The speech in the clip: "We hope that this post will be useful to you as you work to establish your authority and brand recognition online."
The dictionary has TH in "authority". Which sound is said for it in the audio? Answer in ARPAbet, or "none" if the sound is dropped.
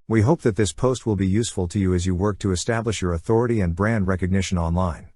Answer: TH